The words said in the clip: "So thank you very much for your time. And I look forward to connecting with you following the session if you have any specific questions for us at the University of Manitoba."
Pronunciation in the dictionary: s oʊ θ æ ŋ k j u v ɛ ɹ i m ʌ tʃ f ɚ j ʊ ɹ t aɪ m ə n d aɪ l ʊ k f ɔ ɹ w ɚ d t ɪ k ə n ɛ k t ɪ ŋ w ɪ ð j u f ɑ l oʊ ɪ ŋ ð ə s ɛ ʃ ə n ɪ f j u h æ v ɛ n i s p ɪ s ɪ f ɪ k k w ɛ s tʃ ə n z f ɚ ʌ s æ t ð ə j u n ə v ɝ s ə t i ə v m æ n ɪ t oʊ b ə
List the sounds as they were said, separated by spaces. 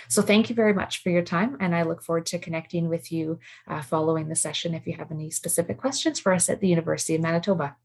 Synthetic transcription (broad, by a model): s oʊ θ æ ŋ k j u v ɛ ɹ i m ʌ tʃ f ɚ j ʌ ɹ t aɪ m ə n aɪ l ʊ k f ɔ ɹ w ɚ d t ɪ k ə n ɛ k t ɪ ŋ w ɪ ð j u f ɑ l oʊ ɪ ŋ ð ə s ɛ ʃ ə n ɪ f j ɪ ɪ v ɛ n i s p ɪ s ɪ f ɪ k k w ɛ s tʃ ə n z f ɚ ʌ s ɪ t ð ə j u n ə v ɝ s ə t i ə v m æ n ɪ t oʊ b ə